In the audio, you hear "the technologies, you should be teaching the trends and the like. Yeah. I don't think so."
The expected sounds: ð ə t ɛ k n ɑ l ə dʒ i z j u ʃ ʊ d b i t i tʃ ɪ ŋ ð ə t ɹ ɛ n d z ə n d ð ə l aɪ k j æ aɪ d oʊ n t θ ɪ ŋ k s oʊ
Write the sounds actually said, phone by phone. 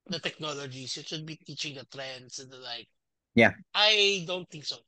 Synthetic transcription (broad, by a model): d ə t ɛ k n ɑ l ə dʒ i s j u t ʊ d b i t i tʃ ɪ ŋ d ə t ɹ ɛ n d s ə n d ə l aɪ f j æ aɪ d oʊ n t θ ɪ ŋ k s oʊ